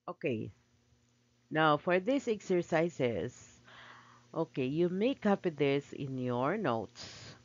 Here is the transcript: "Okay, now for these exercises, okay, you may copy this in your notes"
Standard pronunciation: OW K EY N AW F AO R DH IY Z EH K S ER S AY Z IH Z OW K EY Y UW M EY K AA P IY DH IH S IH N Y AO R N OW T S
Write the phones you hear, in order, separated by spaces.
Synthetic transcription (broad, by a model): OW K EY N AW F AO R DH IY S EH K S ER S AY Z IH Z OW K EY Y UW M EY K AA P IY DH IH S IH N Y AO R N OW T S